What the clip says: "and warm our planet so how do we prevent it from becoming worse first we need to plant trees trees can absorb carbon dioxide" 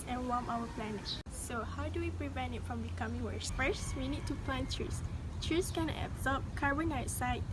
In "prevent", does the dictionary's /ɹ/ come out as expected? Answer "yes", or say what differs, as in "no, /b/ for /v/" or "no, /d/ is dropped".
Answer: yes